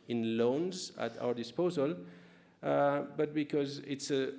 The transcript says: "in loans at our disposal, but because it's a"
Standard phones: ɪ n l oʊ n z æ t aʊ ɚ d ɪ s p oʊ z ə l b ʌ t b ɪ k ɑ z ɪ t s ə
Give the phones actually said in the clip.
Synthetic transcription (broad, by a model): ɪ n l oʊ n z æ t aʊ ɚ d ɪ s p oʊ z ə l b ʌ t b ɪ k ɑ z ɪ t s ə